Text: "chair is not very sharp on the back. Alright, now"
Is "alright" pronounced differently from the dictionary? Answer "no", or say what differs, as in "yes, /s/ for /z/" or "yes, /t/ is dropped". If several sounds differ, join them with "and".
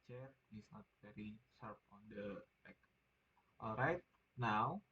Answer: no